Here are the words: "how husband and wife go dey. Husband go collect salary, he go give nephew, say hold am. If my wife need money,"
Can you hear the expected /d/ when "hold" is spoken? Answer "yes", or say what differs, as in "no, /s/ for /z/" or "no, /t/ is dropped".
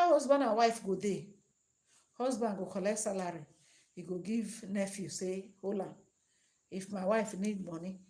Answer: no, /d/ is dropped